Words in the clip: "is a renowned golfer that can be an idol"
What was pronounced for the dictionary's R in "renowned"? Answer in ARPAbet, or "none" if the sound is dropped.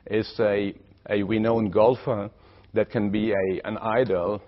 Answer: W